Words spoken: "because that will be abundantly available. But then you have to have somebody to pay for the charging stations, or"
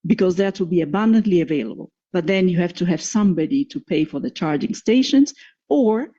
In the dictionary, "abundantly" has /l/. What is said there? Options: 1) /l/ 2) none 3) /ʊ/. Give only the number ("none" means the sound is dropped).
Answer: 1